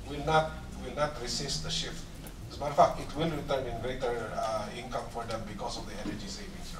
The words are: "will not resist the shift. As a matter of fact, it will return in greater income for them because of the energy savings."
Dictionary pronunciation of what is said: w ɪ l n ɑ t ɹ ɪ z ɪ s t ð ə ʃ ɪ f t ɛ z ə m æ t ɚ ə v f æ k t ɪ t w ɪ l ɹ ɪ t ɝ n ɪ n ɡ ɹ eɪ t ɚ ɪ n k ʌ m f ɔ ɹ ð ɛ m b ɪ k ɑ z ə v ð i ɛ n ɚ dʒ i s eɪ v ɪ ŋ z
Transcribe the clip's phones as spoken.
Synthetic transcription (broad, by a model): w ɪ l n ɑ t ɹ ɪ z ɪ s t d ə ʃ ɪ f t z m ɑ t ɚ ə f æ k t ɪ t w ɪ l ɹ ɪ t ɝ n ɪ n ɡ ɹ eɪ t ɚ ɪ n k ʌ m f ɔ ɹ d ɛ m b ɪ k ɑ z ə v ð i ɛ n ɚ dʒ i s eɪ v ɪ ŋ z